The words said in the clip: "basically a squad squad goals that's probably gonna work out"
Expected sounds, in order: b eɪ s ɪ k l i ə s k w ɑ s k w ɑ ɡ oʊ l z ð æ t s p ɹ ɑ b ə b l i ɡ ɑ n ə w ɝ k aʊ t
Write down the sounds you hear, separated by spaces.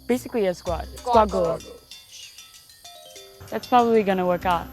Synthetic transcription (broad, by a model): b eɪ s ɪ k l i ə s k w ɑ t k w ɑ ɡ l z ð æ t s p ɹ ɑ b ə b l i ɡ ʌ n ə w ɝ k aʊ t